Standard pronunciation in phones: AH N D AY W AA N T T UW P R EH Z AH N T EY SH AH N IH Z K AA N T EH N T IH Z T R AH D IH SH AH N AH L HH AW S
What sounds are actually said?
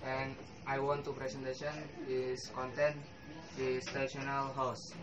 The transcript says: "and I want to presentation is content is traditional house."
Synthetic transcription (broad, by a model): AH N AY W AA N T T UW P R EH S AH N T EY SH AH N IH S K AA N T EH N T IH S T AH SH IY AH N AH L HH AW S